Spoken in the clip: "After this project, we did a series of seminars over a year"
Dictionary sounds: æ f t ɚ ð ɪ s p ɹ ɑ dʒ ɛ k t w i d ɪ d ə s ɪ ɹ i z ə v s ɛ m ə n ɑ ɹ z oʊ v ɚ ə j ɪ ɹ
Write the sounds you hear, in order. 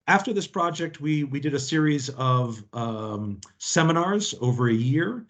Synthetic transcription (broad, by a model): æ f t ɚ ð ɪ s p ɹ ɑ dʒ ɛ k t w i d ɪ d ə s ɪ ɹ i z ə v s ɛ m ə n ɑ ɹ z oʊ v ɚ ə j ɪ ɹ